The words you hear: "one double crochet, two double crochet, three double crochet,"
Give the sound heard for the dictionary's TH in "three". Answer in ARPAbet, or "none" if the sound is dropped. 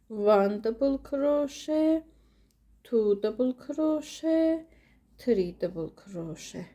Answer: T